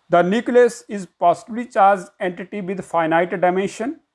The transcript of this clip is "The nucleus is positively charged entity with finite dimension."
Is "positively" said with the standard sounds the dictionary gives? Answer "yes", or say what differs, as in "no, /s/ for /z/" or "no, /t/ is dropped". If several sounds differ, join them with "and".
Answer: no, /b/ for /v/